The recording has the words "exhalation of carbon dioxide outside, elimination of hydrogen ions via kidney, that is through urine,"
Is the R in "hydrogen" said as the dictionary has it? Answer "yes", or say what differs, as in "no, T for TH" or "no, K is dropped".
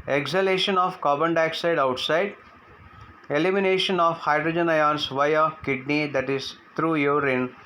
yes